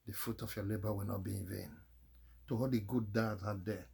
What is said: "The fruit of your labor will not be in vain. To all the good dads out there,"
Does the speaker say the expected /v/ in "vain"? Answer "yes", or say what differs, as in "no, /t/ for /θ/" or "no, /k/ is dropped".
yes